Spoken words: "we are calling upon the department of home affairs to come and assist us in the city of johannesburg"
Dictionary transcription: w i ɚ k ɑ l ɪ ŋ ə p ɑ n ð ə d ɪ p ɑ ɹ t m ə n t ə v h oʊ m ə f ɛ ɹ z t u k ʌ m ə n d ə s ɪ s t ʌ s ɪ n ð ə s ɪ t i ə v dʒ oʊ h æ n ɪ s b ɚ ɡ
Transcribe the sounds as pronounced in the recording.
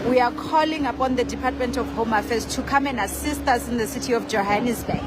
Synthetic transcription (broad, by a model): w i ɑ k ɑ l ɪ ŋ ə p ɑ n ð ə d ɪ p ɑ t m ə n t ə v h oʊ m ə f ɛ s t u k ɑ m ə n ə s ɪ s t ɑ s ɪ n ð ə s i t i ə f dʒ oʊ h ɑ n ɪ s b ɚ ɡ